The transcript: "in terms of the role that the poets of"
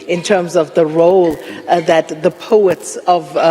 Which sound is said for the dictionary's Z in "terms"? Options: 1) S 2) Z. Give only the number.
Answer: 2